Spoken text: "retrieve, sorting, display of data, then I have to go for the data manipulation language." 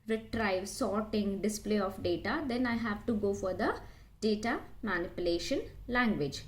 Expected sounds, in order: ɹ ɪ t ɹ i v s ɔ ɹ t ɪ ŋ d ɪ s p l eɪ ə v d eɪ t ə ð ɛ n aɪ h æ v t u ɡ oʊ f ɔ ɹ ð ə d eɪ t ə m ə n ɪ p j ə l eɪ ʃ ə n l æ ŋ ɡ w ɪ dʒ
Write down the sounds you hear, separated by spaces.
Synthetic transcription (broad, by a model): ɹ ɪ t ɹ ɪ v s ɔ ɹ t ɪ ŋ d ɪ s p l eɪ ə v d eɪ t ə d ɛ n aɪ h æ v t u ɡ oʊ f ɔ ɹ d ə d eɪ t ə m ə n ɪ p j ə l eɪ ʃ ə n l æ ŋ ɡ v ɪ dʒ